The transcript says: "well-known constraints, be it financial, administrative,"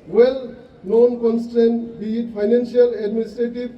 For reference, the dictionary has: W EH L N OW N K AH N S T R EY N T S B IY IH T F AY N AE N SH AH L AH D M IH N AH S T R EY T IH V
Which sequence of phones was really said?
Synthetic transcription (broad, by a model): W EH L N OW N K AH N S T EY N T B IY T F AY N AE N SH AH L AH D M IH N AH S T R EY T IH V